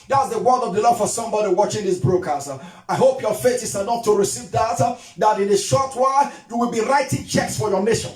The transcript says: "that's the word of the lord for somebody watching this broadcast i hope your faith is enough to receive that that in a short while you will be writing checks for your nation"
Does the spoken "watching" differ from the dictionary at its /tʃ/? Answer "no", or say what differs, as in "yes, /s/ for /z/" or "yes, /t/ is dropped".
no